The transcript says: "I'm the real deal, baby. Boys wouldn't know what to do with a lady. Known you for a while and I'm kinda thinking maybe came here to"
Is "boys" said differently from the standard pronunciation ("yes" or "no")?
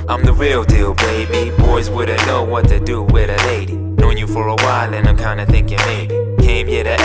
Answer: no